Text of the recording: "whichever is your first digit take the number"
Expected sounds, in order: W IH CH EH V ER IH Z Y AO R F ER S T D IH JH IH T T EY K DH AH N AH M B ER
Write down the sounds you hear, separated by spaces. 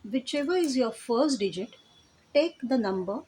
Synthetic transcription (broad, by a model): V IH CH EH V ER IH Z Y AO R F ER S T D IH JH IH T T EY K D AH N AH M B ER